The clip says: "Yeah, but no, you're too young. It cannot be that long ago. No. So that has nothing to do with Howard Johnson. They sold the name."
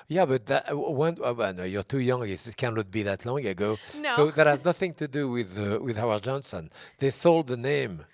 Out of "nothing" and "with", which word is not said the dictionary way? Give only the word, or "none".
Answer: none